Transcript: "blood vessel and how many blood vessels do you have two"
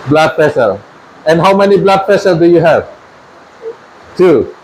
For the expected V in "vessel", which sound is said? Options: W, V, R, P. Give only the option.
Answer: P